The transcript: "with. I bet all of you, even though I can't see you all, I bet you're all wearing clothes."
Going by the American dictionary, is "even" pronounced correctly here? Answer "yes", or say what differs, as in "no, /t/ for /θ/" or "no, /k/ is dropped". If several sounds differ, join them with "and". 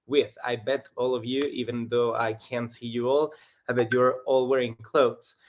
yes